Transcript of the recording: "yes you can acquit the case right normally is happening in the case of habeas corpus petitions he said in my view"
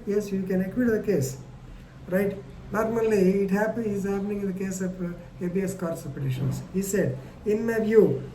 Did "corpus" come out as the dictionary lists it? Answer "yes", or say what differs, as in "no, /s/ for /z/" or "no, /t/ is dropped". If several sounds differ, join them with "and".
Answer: no, /s/ is dropped